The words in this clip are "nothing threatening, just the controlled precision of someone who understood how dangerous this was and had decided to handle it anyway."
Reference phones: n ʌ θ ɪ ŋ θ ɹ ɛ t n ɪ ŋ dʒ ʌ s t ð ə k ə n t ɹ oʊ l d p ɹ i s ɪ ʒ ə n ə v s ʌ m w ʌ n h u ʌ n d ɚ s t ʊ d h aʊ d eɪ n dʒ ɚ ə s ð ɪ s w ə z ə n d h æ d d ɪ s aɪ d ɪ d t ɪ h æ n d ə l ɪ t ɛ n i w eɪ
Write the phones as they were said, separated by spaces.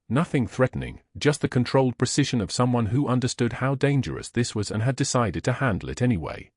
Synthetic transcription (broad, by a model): n ʌ θ ɪ ŋ θ ɹ ɛ t n ɪ ŋ dʒ ʌ s t ð ə k ə n t ɹ oʊ l d p ɹ i s ɪ ʒ ə n ə v s ʌ m w ʌ n h u ʌ n d ɚ s t ʊ d h aʊ d eɪ n dʒ ɚ ə s ð ɪ s w ə z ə n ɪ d d ɪ s aɪ d ɪ d t ɪ h æ n d l ɪ t ɛ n i w eɪ